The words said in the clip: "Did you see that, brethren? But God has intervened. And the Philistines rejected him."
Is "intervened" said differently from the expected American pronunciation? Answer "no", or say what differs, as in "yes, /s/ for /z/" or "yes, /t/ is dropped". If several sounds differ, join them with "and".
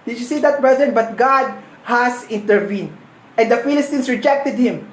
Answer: no